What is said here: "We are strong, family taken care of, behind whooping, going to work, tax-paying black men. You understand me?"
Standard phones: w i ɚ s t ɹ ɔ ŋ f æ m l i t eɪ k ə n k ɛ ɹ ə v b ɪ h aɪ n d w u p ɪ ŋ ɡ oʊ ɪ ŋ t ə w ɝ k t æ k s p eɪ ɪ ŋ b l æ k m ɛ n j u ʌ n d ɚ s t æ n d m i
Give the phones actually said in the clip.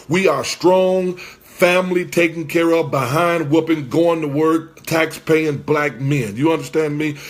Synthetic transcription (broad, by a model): w i ɚ s t ɹ ɔ ŋ f æ m l i t eɪ k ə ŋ k ɛ ɹ ə v b ɪ h aɪ n d w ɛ p ɪ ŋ ɡ oʊ ɪ ŋ t ə w ɝ k t æ k s p eɪ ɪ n b l æ k m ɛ n j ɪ ʌ n d ɚ s t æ n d m i